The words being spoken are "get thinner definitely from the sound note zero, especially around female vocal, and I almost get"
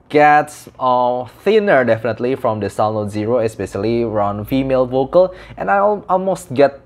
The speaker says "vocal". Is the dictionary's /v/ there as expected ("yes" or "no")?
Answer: yes